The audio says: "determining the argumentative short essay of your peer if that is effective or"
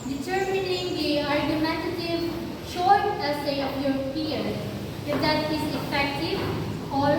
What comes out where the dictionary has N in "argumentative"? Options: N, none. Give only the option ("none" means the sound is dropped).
none